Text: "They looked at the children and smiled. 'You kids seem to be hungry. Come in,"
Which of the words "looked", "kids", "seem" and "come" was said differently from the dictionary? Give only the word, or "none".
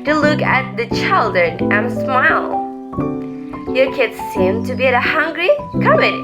looked